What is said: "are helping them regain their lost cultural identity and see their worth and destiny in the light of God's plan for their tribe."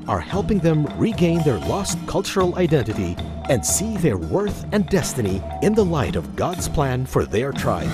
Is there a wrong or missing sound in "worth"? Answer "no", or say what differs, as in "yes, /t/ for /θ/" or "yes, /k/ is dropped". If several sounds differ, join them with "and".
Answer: no